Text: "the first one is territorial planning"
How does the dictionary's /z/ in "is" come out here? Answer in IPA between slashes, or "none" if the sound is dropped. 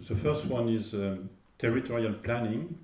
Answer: /z/